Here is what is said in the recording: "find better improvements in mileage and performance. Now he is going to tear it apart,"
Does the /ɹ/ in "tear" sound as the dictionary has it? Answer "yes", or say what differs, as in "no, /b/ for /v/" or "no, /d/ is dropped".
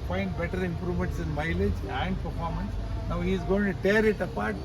yes